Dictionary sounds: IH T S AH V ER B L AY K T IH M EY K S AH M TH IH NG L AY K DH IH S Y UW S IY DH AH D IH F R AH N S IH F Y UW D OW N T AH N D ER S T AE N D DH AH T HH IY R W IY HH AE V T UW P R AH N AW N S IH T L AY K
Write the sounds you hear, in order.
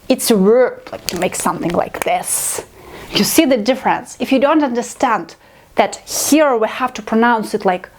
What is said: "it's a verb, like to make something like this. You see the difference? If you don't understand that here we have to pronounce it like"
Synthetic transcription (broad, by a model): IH T S AH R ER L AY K T IH M EY K S AH M TH IH NG L AY K DH IH S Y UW S IY DH AH D IH F R AH N S IH F Y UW D OW N T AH N D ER S T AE N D DH AH T HH IY R W IY HH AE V T UW P R AH N AW N S IH T L AY K